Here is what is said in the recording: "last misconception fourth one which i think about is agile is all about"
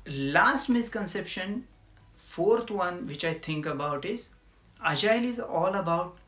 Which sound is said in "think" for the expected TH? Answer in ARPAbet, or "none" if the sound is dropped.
T